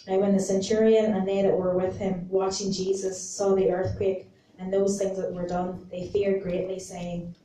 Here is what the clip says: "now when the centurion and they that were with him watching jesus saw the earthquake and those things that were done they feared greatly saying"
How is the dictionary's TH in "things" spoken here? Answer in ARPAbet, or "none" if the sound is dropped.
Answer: TH